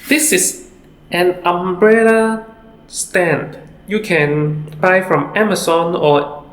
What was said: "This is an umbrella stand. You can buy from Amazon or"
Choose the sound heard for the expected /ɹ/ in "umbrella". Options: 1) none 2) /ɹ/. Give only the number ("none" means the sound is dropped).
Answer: 2